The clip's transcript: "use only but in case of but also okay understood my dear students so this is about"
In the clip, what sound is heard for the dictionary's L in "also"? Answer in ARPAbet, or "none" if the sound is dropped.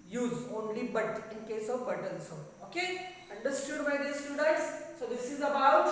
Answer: N